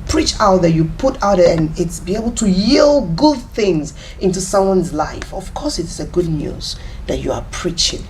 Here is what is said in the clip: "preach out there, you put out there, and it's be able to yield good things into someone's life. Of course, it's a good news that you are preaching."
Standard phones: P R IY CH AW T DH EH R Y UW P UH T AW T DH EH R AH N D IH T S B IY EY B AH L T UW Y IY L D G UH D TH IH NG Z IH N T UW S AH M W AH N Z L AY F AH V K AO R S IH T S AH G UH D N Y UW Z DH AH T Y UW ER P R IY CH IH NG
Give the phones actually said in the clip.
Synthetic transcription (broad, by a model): P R IY CH AW T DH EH Y UW P UH T AW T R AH N IH T S B IY EY B AH L T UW Y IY L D G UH D TH IH NG Z IH N T UW S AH M W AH N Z L AY F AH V K AO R S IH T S AH G UH D N Y UW Z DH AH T Y UW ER P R IY CH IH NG